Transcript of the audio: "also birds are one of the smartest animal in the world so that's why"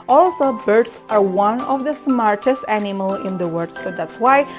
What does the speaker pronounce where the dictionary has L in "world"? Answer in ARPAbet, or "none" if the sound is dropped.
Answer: none